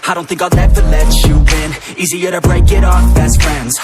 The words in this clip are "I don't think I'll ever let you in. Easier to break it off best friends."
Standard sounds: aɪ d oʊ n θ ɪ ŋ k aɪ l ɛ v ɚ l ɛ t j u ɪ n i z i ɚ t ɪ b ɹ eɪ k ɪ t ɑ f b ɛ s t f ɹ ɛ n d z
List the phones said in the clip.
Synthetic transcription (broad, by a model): aɪ d oʊ n θ ɪ ŋ k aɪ n ɛ v ɚ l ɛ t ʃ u ɪ n i z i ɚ t ɪ b ɹ eɪ k ɪ t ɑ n b ɛ s t f ɹ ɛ n d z